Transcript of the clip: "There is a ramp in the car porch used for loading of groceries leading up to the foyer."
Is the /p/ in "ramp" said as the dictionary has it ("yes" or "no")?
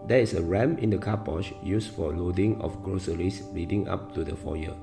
no